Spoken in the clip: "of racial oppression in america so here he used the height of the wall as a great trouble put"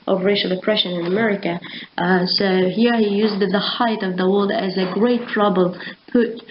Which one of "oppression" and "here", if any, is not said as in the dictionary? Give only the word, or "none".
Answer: none